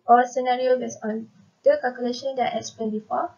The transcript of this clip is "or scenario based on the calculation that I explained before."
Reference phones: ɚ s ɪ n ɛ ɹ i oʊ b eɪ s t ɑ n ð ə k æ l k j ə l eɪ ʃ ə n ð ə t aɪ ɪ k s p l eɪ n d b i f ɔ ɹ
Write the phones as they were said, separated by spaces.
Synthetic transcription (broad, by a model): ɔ s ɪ n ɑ ɹ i oʊ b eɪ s ɑ n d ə k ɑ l k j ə l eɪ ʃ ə n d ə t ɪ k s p eɪ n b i f ɔ